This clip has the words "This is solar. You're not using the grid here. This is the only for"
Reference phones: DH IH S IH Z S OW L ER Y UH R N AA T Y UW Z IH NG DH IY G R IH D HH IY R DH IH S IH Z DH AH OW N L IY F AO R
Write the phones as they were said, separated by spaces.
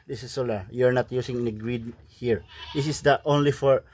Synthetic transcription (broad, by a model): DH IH S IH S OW L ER Y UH R N AA T Y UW S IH NG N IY G R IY D HH IY R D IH S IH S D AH OW N L IY F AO R